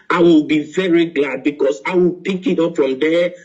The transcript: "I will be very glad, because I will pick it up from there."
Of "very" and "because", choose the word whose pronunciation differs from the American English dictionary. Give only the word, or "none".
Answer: because